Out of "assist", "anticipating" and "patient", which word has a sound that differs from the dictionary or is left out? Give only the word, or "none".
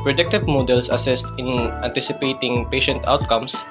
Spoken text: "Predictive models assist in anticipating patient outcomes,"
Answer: none